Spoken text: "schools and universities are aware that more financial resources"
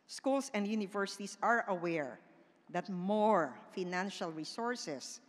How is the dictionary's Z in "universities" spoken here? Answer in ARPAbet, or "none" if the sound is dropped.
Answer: S